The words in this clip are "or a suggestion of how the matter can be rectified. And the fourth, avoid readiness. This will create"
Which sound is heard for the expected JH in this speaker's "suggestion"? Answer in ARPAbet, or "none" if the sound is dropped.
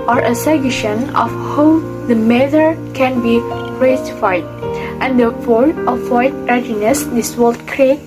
none